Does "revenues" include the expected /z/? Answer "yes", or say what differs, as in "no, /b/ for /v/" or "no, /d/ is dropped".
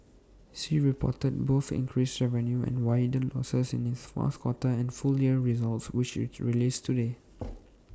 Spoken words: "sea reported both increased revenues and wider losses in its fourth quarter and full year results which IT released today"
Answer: no, /z/ is dropped